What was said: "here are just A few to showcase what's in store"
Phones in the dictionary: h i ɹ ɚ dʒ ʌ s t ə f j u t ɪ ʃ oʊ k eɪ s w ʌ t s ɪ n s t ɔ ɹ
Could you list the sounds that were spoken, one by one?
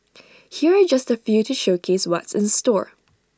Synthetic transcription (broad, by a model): h i ɹ ɚ dʒ ʌ s t ə f j u t ɪ ʃ oʊ k eɪ s w ʌ t s ɪ n s t ɔ ɹ